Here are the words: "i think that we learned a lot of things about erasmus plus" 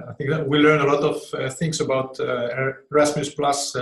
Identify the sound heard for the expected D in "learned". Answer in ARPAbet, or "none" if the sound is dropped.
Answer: none